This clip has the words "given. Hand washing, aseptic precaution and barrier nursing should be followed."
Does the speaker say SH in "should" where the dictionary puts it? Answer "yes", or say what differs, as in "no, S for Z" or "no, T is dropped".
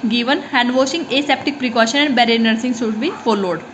no, S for SH